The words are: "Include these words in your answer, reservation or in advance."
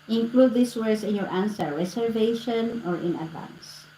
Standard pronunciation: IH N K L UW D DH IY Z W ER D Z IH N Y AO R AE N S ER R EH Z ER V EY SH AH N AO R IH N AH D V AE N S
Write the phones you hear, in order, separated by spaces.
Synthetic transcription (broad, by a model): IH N K L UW D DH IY S W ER D S IH N Y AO R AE N S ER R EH S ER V EY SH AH N AO R IH N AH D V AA N S